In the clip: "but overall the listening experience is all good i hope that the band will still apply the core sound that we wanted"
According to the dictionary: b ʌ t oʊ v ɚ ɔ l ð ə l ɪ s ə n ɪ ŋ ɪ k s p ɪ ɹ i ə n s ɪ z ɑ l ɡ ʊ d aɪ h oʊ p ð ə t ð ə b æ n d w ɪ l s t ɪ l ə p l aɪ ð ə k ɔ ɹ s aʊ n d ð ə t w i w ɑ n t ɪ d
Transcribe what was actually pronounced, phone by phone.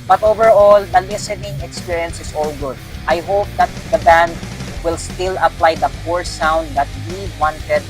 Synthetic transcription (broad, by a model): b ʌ t oʊ v ɚ ɔ l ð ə l ɪ s ə n ɪ ŋ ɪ k s p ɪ ɹ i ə n s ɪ s ɑ l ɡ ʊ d aɪ h oʊ p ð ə t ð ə b æ n d w ɪ l s t ɪ l ə p l aɪ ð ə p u ɹ s aʊ n d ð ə t w i w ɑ n t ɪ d